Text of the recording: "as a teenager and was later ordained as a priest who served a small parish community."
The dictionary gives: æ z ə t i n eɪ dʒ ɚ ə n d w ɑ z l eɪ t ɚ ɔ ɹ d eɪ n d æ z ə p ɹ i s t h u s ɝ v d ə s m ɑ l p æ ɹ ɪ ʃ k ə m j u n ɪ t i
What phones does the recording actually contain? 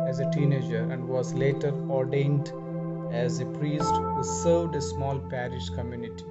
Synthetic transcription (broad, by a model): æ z ə t i n eɪ dʒ ɚ ə n d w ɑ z l eɪ t ɚ ɔ ɹ d eɪ n d æ z ə p ɹ i s t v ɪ s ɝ d ə s m ɑ l p æ ɹ ɪ ʃ k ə m j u n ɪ t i